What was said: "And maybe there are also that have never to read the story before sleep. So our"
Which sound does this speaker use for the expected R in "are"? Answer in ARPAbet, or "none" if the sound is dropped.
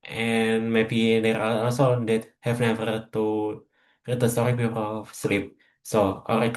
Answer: L